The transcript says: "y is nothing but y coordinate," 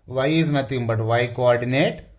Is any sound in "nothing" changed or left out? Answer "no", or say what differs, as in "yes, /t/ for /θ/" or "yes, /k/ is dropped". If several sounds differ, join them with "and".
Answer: yes, /t/ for /θ/